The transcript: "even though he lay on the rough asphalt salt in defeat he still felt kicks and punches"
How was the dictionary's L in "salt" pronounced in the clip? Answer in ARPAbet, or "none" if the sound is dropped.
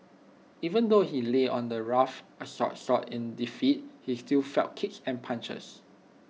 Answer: none